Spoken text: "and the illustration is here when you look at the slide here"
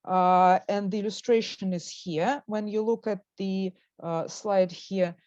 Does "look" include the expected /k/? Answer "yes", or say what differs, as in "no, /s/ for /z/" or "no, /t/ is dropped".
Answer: yes